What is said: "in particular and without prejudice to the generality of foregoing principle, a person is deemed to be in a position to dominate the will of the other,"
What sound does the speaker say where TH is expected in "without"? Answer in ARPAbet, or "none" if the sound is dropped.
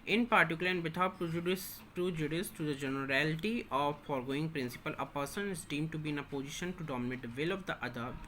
T